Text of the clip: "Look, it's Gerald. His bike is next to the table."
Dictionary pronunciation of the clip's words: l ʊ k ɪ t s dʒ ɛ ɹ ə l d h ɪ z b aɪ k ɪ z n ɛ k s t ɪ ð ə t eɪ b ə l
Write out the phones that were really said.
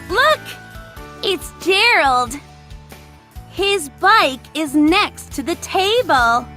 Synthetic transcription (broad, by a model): l ʊ k ɪ t s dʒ ɛ ɹ l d h ɪ z b aɪ k ɪ z n ɛ k s t ɪ ð ə t eɪ b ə l